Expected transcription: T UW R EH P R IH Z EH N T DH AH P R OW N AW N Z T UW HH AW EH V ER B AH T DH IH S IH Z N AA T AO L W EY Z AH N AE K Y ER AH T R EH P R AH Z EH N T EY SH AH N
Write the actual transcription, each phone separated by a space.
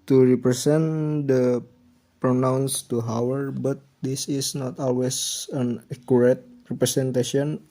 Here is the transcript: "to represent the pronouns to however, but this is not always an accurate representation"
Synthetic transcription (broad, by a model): T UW R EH P R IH S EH N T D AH P R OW N AW N S T UW HH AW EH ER B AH T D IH S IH S N AA T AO L W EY S AH N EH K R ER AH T R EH P R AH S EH N T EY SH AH N